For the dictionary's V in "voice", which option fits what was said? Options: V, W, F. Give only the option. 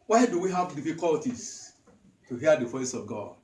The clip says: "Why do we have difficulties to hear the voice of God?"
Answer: F